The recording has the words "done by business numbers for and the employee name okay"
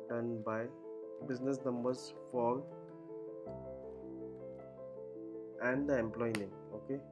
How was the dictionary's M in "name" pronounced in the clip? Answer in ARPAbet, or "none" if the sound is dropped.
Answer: none